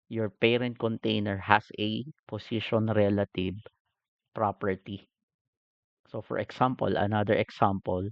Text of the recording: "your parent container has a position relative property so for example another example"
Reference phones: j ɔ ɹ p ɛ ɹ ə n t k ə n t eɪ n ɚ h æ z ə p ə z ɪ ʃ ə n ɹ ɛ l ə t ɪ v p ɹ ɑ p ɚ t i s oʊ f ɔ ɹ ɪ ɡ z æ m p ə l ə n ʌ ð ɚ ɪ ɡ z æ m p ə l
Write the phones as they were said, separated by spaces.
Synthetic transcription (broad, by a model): j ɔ ɹ p ɛ ɹ ə n t k ə n t eɪ n ɚ h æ s ə p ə s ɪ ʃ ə n ɹ ɛ l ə t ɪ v p ɹ ɑ p ɚ t i s oʊ f ɔ ɹ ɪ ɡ s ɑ m p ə l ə n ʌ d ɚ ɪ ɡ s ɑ m p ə l